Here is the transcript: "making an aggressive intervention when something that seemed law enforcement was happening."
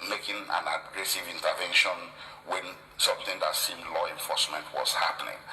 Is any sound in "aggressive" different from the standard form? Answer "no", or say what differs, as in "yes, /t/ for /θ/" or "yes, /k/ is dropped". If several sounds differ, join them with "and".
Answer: no